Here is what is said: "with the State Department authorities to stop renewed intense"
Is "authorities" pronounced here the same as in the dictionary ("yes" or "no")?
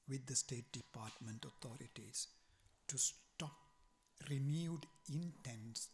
no